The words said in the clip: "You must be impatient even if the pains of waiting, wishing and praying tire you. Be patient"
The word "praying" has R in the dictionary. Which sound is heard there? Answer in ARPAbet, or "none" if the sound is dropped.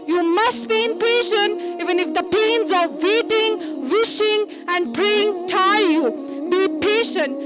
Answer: R